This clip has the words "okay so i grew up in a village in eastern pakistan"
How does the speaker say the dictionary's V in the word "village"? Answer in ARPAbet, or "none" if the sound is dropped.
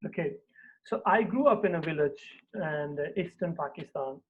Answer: V